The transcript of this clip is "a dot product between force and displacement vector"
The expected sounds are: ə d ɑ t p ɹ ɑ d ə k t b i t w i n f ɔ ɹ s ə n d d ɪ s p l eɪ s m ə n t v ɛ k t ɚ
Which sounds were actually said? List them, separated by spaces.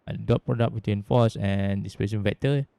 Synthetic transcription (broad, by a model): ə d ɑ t p ɹ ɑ d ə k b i t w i n f ɔ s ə n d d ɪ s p eɪ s ə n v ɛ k t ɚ